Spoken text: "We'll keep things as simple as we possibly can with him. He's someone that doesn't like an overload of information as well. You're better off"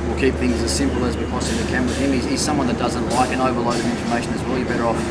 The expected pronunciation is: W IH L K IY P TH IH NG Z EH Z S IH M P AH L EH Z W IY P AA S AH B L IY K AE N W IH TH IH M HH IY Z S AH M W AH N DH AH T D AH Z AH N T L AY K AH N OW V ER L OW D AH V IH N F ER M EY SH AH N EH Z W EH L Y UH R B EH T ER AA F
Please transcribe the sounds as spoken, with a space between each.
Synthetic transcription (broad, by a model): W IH L K IY P TH IH NG Z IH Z S IH M P L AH Z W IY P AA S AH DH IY K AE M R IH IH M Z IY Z S AH M W AH N DH AH T D AH Z AH N T L AY K AH N OW V ER L OW D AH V IH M F ER M EY SH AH N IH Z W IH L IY B EH T ER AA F